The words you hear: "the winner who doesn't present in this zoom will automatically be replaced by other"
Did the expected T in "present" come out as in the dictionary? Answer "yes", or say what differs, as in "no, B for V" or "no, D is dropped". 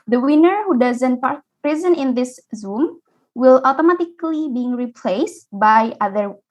no, T is dropped